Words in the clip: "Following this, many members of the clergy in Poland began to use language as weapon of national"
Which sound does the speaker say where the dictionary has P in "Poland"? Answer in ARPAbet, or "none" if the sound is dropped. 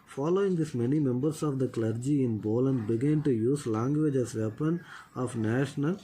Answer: B